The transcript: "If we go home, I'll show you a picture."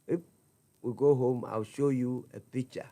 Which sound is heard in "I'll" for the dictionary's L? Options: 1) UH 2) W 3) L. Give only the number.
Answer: 2